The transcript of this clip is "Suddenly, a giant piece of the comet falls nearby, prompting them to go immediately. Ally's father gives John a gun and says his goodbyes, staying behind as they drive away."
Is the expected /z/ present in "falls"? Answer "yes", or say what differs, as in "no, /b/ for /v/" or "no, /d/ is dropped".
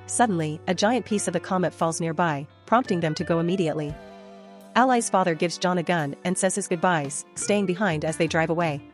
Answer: yes